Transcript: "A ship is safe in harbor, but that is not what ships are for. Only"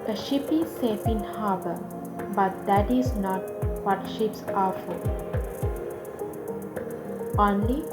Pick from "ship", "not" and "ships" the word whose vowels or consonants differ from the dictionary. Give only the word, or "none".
none